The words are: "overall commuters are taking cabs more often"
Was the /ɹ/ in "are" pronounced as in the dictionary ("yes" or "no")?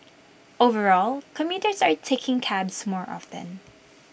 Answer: yes